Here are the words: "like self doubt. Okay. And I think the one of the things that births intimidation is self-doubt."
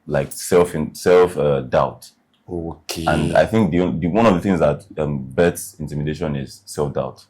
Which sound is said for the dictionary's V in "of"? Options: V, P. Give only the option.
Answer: V